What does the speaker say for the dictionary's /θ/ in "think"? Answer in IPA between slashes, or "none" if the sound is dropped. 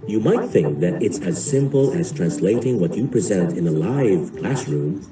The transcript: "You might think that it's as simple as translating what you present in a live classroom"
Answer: /θ/